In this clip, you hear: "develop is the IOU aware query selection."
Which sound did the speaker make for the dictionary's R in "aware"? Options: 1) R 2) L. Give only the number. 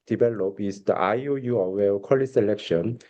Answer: 2